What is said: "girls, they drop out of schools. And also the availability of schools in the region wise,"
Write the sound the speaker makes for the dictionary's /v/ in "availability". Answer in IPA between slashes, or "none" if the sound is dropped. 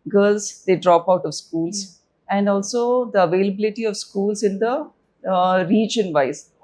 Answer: /v/